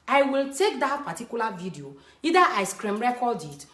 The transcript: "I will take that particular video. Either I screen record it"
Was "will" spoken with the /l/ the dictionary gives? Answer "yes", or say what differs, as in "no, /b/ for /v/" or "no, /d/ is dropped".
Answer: yes